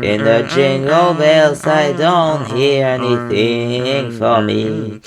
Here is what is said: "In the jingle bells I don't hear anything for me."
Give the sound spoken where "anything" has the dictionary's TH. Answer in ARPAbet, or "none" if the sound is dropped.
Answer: TH